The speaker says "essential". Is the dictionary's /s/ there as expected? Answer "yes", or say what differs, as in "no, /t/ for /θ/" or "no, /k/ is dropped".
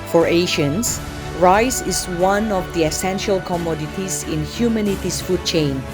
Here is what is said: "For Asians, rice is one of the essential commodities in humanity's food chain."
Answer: yes